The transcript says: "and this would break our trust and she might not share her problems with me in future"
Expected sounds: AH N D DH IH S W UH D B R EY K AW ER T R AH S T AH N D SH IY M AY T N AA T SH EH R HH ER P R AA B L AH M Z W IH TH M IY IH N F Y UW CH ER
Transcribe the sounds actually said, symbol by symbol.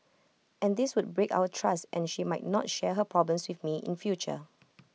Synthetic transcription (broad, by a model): AH N D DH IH S W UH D B R EY K AW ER T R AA S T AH N SH IY M AY T N AA T SH EH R HH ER P R AA B L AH M S W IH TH M IY IH N F Y UW CH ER